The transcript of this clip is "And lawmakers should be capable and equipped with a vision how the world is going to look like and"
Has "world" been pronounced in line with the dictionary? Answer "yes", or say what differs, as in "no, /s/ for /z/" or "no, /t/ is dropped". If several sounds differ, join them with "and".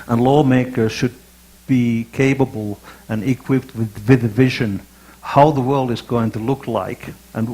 yes